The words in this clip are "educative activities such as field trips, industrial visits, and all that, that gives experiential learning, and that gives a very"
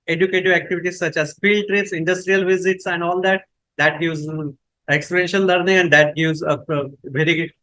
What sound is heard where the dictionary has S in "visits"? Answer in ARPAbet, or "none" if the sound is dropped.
S